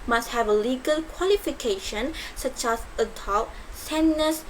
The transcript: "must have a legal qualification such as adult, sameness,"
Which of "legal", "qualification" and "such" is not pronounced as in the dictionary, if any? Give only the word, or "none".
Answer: none